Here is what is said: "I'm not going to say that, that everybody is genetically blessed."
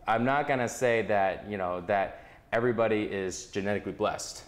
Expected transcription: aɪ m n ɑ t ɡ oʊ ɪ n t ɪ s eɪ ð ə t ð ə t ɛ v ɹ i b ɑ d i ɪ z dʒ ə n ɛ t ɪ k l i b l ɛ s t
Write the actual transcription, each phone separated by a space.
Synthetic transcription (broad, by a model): aɪ m n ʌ t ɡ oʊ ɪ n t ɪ s eɪ ð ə t ð ə t ɛ v ɹ i b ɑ d i ɪ z dʒ ə n ɛ t ɪ k l i b l ɛ s t